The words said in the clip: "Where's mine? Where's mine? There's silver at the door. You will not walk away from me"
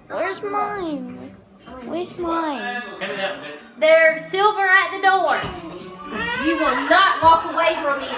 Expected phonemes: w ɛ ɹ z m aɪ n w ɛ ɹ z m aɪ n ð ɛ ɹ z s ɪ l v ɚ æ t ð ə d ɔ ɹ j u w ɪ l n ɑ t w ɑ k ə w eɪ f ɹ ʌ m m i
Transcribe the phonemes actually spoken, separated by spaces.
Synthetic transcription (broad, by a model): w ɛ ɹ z m aɪ n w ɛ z m aɪ n ð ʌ ɹ s ɪ l v ɚ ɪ t ð ə d ɔ ɹ j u w ɪ l n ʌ t w ɑ k ə w eɪ f ɹ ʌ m m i